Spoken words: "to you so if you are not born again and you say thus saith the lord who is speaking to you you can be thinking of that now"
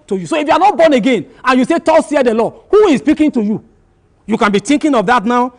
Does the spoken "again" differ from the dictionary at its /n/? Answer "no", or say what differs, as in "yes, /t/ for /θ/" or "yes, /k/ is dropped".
no